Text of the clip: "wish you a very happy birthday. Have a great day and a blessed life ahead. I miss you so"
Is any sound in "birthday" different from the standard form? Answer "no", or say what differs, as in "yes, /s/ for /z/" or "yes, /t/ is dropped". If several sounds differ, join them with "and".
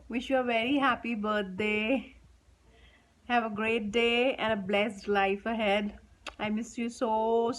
yes, /t/ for /θ/